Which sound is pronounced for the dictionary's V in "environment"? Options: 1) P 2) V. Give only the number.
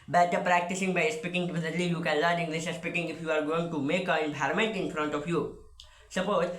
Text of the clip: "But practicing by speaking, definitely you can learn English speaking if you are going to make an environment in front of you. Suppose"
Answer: 1